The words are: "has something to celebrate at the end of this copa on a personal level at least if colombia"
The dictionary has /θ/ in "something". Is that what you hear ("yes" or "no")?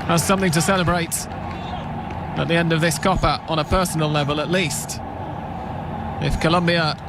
yes